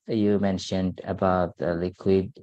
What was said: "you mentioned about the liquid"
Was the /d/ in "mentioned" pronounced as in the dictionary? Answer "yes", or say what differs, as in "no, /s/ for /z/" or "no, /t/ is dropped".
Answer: yes